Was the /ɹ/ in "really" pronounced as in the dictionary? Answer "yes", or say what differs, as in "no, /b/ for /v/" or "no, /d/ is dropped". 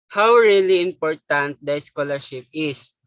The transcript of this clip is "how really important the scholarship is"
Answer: yes